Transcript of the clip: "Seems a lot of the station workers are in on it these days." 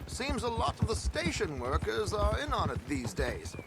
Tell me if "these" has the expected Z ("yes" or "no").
yes